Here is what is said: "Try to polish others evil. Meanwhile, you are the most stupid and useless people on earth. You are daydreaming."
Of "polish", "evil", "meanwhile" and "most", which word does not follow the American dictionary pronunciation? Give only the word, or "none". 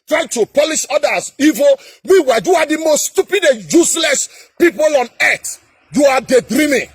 meanwhile